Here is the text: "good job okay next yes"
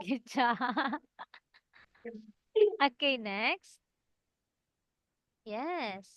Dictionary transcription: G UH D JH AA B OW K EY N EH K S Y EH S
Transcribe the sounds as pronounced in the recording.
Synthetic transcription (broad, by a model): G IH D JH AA OW K EY N EH K S Y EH S